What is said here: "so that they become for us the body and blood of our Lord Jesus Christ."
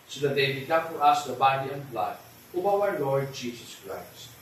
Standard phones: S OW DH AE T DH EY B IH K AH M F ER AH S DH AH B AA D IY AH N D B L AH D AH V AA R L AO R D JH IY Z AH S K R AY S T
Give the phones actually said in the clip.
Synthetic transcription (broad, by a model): S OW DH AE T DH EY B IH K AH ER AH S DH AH B AA D IY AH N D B L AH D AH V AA W L AO R D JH IY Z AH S K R AY S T